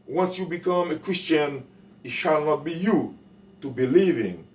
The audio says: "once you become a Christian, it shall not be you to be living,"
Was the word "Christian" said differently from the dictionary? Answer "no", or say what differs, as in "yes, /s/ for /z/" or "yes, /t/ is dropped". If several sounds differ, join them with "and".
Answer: no